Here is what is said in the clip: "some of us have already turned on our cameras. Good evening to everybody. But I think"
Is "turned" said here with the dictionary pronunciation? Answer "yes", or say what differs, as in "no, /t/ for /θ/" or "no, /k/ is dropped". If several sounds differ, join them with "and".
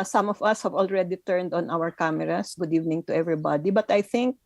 yes